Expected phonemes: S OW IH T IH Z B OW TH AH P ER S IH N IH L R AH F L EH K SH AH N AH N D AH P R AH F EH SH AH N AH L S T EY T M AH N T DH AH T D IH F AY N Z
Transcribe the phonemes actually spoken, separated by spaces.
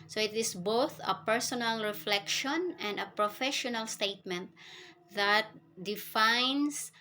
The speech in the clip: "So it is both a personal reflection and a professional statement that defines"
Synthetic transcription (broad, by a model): S OW IH T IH S B OW TH AH P ER S IH N IH L R AH F L EH K SH AH N AH N D AH P R AH F EH SH AH N AH L S T EY T M AH N T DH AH T D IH F AY N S